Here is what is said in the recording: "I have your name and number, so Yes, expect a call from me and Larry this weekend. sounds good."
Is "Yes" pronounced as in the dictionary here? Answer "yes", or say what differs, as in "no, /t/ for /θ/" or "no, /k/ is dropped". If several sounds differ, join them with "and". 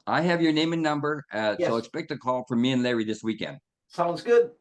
no, /s/ is dropped